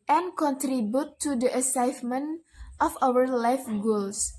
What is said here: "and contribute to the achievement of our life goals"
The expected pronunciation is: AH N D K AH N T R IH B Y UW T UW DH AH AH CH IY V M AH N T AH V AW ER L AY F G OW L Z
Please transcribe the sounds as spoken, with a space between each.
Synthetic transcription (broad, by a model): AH N K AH N T R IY B Y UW T UW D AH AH S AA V M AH N T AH F AW ER L AY F G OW L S